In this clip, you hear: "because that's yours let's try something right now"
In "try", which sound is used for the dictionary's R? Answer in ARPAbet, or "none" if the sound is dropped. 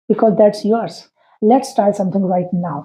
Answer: none